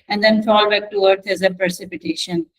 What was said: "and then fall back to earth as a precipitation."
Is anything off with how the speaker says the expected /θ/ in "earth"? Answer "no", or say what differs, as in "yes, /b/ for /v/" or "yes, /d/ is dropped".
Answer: yes, /t/ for /θ/